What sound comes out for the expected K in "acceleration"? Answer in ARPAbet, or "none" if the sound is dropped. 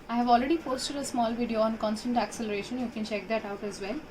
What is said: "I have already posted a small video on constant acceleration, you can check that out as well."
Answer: K